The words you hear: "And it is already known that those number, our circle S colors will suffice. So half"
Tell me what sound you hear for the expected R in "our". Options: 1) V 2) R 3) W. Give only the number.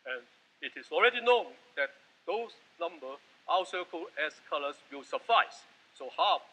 3